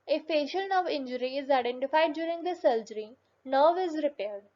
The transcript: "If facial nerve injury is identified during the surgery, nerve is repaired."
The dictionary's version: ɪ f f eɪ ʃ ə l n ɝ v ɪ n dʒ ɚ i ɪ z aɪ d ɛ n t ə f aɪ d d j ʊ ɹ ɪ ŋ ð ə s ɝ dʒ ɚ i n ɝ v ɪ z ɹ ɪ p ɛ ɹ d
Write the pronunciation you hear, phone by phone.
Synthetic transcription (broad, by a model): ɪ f f eɪ ʃ ə l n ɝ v ɪ n dʒ ɚ i ɪ z aɪ d ɛ n t ə f aɪ d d j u ɹ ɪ ŋ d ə s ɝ dʒ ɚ i n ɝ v ɪ z ɹ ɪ p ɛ ɹ d